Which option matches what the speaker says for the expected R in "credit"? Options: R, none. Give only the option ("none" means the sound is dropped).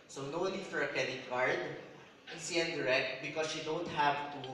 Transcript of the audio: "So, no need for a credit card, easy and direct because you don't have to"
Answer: none